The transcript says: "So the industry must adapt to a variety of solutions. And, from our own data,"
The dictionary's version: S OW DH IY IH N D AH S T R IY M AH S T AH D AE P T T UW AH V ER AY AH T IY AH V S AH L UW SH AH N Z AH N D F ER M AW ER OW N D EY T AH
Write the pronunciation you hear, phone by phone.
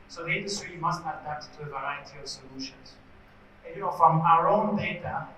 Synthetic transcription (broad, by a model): S OW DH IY IH N D AH S T R IY M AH S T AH D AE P T T UW AH V ER AY AH T IY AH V S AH L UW SH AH N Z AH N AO F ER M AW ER OW N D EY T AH